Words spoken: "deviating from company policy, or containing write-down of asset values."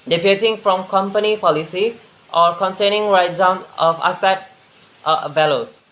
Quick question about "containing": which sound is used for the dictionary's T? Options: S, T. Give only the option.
S